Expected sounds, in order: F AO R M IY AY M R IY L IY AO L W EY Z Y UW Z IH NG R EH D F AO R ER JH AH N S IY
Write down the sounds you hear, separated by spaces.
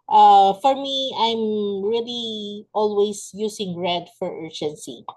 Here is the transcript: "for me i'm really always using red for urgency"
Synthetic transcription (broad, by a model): F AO R M IY AY M R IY L IY AO L W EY S Y UW S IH NG R EH D F AO R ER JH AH N S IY